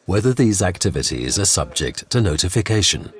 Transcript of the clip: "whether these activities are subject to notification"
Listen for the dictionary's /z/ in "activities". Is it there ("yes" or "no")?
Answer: yes